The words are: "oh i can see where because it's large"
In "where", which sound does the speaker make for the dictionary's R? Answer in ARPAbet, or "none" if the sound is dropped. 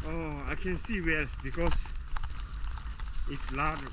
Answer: L